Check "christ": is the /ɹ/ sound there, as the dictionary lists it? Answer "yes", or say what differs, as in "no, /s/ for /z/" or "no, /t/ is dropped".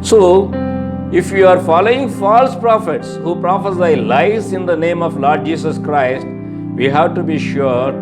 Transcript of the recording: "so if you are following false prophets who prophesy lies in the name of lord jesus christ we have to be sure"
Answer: yes